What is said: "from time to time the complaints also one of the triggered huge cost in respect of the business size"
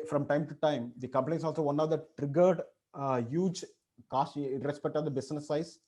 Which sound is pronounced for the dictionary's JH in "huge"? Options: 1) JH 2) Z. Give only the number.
1